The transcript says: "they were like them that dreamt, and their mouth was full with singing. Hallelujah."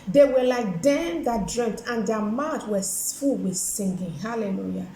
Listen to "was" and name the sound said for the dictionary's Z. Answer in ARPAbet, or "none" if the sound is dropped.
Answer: S